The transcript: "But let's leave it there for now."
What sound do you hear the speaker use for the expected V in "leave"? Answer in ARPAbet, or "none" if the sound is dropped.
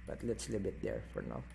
B